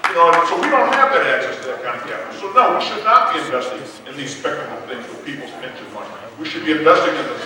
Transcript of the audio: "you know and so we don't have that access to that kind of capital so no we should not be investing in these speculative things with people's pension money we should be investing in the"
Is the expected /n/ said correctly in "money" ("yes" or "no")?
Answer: no